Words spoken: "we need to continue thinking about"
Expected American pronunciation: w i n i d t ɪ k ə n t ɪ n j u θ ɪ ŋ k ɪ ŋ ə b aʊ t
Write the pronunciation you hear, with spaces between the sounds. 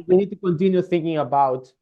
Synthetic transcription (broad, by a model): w i n i d t ɪ k ə n t ɪ n j u θ ɪ ŋ k ɪ ŋ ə b aʊ t